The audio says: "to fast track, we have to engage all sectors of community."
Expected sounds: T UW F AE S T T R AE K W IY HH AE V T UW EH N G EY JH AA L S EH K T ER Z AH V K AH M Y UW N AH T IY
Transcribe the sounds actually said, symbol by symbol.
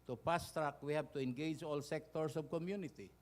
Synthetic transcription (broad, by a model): T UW P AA S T T R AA K W IY HH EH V T UW EH N G EY JH AA L S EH K T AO S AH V K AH M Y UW N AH T IY